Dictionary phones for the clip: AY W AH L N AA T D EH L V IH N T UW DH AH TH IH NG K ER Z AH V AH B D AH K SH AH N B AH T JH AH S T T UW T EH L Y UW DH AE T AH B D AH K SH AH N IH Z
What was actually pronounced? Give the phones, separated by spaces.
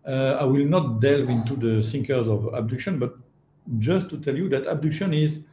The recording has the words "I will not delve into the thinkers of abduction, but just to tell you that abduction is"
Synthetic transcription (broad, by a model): AY W AH L N AA T D EH L V IH N T UW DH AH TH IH NG K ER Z AH V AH B D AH K SH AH N B AH T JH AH S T T UW T EH L Y UW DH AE T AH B D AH K SH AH N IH Z